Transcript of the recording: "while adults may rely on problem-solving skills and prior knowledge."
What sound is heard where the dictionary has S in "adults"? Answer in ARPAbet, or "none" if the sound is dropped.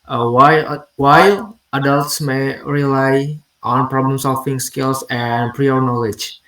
S